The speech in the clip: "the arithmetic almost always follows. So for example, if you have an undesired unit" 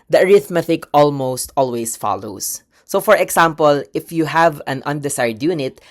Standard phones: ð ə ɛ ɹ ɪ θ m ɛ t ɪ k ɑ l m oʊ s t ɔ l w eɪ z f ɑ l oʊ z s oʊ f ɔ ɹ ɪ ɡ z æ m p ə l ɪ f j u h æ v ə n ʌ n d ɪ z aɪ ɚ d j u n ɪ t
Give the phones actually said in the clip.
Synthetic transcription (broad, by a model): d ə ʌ ɹ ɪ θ m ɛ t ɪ k ɑ l m oʊ s t ɔ l w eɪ s f ɑ l oʊ s oʊ f ɔ ɹ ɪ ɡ s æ m p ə l ɪ f j u h æ v ə n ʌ n d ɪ s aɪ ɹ d j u n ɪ t